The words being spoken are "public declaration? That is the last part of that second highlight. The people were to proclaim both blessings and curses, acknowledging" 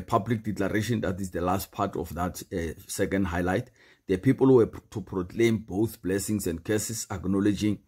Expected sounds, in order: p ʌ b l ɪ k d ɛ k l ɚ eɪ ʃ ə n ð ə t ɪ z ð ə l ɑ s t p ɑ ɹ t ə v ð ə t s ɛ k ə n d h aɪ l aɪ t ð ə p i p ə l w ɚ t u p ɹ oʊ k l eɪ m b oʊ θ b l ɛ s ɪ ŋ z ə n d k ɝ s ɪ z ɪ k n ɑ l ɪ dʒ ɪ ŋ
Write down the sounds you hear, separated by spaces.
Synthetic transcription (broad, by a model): p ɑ b l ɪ k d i k l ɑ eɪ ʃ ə n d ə t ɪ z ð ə l ɑ s t p ɑ t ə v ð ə t s ɛ k ə n d h aɪ l aɪ t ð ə p i p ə l w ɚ t u p ɹ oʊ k l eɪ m b oʊ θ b l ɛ s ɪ ŋ s ə n d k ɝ s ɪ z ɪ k n ɑ l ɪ dʒ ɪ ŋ